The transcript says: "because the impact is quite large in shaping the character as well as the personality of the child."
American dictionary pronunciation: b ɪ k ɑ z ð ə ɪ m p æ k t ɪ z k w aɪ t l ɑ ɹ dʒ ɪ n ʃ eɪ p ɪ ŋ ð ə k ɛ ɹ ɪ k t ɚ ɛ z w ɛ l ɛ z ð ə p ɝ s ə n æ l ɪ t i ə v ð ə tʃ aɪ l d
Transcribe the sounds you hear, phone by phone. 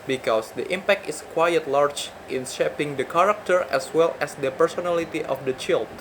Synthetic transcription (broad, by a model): b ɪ k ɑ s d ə ɪ m p æ k t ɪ s k w aɪ t l ɑ ɹ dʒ ɪ n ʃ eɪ p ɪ ŋ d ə k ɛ ɹ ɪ k t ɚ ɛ s w ɛ l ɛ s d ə p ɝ s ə n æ l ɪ t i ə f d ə tʃ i l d